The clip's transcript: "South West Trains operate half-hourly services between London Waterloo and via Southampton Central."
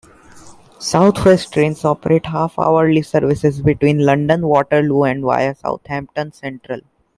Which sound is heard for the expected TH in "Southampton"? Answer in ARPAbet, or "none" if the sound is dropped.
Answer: T